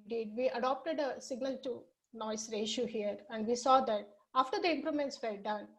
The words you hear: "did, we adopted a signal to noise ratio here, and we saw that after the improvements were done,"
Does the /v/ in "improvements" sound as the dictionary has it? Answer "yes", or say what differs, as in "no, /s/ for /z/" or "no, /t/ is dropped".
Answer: no, /v/ is dropped